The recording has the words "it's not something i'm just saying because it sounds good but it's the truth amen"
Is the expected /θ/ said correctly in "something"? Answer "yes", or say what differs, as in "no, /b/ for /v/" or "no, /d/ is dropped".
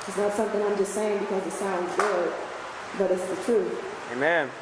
yes